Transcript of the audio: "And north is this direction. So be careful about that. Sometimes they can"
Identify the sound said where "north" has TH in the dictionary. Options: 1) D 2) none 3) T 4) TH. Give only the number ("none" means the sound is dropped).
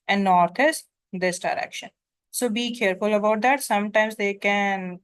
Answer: 3